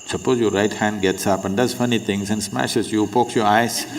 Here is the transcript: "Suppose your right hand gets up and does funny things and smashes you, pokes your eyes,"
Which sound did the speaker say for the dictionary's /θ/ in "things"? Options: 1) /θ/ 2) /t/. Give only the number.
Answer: 2